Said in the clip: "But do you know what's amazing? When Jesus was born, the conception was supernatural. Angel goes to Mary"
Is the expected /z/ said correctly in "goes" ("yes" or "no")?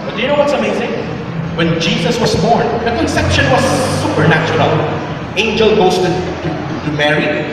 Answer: no